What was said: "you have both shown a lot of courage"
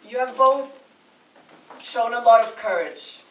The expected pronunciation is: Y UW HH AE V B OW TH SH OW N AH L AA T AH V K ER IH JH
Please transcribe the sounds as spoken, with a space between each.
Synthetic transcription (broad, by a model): Y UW V B OW TH SH OW N AH L AA T AH V K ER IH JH